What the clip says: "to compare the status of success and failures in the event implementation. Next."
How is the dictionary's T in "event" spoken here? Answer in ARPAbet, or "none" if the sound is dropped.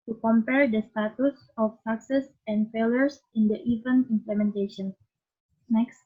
none